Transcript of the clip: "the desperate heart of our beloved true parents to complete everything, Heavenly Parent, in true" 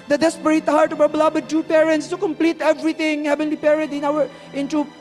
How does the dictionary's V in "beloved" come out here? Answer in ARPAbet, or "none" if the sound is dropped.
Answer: B